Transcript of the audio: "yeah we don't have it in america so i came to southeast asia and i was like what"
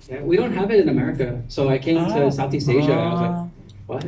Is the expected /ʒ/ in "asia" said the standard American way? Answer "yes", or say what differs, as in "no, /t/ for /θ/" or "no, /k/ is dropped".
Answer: yes